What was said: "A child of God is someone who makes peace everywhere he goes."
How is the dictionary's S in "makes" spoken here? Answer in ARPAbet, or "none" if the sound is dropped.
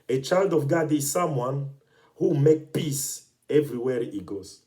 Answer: none